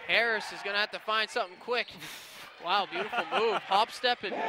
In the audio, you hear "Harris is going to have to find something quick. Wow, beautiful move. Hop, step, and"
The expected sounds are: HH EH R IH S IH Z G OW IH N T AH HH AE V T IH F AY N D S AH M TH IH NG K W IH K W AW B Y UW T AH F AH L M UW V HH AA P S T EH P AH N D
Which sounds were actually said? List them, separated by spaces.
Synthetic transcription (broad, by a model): HH EH R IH S IH Z G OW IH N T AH HH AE F T IH F AY N D S AH M TH IH NG K W IH K W AW B Y UW T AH F L M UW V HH AA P S T EH P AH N